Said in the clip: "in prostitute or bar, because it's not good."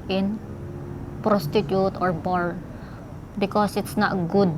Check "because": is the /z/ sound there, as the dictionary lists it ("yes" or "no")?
no